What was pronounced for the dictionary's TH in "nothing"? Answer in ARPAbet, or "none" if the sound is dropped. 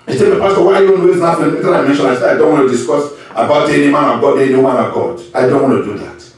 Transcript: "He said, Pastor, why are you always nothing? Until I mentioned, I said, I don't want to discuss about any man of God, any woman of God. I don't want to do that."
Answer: F